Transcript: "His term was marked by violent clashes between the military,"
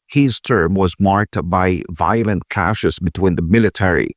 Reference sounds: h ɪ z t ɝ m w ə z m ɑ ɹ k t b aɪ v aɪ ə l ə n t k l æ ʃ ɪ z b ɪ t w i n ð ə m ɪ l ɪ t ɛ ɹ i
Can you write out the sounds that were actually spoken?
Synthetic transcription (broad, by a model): h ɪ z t ɝ m w ə z m ɑ ɹ k t b aɪ v aɪ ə l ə n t k æ ʃ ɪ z b ɪ t w i n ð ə m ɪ l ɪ t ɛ ɹ i